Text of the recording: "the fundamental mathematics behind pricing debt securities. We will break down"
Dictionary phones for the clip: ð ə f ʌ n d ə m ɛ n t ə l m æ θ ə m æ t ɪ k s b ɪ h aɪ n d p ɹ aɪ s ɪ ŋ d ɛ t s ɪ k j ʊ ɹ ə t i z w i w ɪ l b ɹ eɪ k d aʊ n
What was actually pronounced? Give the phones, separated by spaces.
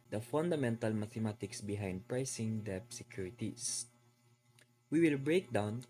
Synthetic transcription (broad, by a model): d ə f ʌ n d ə m ɛ n t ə l m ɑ t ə m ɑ t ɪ k s b ɪ h aɪ n d p ɹ aɪ s ɪ ŋ d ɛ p s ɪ k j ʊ ɹ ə t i s w i w ɪ l b ɹ eɪ k d aʊ n